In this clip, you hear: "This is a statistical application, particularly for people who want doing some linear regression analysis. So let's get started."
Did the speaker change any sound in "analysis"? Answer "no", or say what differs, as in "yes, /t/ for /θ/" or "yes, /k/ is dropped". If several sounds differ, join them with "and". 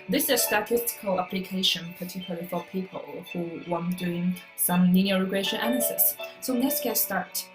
yes, /n/ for /l/